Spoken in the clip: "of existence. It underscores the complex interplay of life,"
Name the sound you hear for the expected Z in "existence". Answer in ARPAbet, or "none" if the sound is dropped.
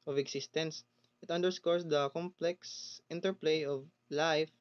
S